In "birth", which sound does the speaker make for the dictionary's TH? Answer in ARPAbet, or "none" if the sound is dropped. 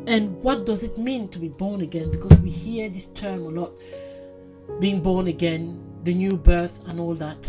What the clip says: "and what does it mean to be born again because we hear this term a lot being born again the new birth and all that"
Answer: TH